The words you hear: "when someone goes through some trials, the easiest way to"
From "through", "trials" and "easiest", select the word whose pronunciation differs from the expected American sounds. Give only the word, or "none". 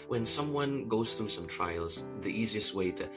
none